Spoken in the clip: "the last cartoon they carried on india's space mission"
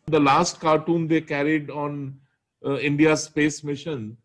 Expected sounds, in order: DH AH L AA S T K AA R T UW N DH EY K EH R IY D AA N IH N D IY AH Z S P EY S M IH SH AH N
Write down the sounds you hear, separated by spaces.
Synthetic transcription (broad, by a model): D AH L AA S T K AA R T UW N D EY K EH R IY D AA N IH N D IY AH S P EY S M IH SH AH N